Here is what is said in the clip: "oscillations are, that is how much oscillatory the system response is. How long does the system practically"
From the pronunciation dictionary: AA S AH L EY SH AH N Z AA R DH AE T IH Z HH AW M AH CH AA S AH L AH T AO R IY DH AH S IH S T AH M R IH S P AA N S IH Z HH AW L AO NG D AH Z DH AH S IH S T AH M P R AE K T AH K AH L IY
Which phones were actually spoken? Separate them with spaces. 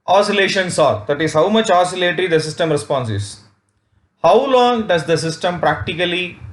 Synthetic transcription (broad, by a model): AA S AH L EY SH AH N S AA R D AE T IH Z HH AW M AH CH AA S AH L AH T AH R IY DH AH S IH S T AH M R IH S P AA N S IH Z HH AW L AO NG D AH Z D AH S IH S T AH M P R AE K T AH K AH L IY